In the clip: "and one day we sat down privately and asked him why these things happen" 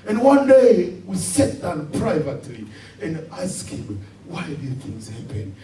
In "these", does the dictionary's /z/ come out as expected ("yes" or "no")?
no